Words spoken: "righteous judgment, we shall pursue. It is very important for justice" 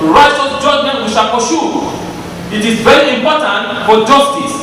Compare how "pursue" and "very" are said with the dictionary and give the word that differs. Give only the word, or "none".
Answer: pursue